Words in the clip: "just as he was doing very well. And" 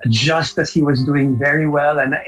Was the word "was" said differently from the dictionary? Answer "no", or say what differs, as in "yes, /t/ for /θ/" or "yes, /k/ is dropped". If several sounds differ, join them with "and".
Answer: no